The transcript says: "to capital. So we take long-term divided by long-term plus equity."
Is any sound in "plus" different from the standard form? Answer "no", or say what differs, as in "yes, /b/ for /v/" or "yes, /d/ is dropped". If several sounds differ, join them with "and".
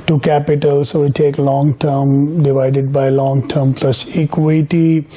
no